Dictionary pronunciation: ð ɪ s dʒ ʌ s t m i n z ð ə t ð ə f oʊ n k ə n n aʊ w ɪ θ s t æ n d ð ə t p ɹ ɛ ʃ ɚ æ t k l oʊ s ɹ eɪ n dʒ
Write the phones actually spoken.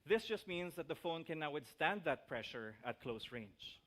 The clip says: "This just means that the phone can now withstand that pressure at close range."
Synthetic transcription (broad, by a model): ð ɪ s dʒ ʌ s t m i n s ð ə t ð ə f oʊ n k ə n n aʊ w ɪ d s t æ n d ð ə t p ɹ ɛ ʃ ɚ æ t k l oʊ s ɹ eɪ n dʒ